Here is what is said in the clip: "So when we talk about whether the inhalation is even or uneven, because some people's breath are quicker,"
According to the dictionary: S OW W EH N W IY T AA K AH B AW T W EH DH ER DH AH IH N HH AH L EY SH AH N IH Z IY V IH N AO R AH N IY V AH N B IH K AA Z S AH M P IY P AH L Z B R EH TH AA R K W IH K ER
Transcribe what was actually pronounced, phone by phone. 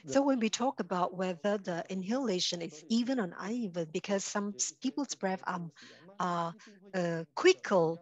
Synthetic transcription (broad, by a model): S OW W EH N W IY T AA K AH B AW T W EH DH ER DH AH IH N HH AH L EY SH AH N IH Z IY V IH N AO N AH IH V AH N B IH K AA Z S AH M P IY P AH L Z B R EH F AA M K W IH K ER